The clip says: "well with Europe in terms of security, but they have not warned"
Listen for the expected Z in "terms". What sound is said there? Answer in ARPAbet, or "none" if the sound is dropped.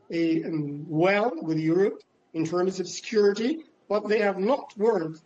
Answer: Z